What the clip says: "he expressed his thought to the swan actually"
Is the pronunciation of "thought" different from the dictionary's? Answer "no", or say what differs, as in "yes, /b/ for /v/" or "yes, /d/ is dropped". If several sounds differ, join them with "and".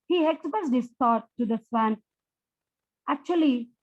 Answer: yes, /t/ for /θ/